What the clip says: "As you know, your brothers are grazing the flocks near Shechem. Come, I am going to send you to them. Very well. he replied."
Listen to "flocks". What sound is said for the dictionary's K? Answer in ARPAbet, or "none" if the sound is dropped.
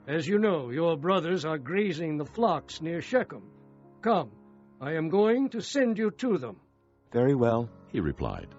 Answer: K